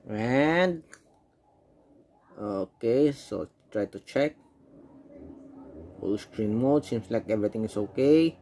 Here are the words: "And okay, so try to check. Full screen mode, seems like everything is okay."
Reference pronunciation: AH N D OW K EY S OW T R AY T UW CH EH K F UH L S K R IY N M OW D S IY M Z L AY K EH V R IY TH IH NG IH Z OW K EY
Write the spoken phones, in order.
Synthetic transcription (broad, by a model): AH N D OW K EY S OW T R AY T UW CH EH K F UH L S K R IY N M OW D S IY M S L AY K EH V R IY T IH NG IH S OW K EY